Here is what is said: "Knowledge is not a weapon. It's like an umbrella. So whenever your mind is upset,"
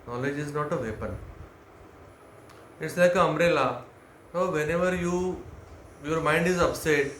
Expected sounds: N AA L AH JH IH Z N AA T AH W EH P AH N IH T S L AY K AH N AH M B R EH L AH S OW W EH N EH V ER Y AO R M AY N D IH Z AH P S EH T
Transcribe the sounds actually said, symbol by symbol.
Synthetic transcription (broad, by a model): N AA L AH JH IH Z N AA T AH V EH P AH N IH T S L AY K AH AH M R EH L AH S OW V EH N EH V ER Y AO R M AY N D IH Z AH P S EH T